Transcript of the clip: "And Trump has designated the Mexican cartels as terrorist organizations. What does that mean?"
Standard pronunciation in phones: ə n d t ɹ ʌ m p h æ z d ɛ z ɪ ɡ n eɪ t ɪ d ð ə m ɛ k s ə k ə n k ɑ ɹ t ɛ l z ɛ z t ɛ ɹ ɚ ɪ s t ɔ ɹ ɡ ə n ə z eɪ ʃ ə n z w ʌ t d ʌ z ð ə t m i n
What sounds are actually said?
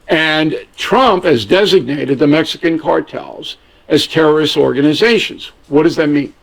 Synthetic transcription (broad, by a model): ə n t ɹ ʌ m p h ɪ z d ɛ z ɪ ɡ n eɪ t ɪ d ð ə m ɛ k s ə k ə n k ɑ ɹ t ɛ l z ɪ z t ɛ ɹ ɚ ɪ s t ɔ ɹ ɡ ə n ə z eɪ ʃ ə n z w ʌ t d ʌ z ð ə t m i n